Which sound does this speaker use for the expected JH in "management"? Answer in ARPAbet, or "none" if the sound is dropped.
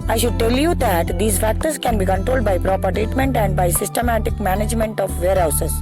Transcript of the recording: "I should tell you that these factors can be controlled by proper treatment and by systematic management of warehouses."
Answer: JH